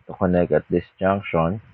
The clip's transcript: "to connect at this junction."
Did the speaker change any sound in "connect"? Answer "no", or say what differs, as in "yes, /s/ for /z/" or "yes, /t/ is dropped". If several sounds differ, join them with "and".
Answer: yes, /t/ is dropped